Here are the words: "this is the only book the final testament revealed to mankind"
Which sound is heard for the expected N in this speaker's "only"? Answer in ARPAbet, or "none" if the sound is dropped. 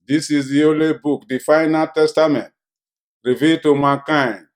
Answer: none